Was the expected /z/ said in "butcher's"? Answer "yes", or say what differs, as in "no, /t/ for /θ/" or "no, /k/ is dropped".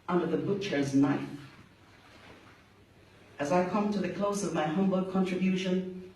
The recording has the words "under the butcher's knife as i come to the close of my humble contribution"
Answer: yes